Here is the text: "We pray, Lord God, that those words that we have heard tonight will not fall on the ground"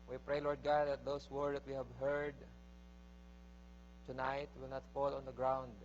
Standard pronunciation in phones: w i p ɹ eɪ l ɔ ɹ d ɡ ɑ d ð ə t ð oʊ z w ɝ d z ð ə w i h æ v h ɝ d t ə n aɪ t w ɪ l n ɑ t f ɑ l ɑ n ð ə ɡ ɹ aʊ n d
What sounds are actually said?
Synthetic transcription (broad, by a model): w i p ɹ eɪ l ɔ ɹ d ɡ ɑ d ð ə t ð oʊ s w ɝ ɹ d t w i h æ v h ɝ d t ə n aɪ t w ɪ l n ɑ t f ɑ l ɑ n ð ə ɡ ɹ aʊ n d